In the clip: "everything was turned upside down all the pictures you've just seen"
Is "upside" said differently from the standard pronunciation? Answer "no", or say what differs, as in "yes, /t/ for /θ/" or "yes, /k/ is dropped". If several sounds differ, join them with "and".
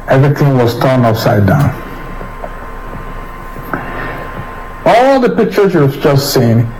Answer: yes, /f/ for /p/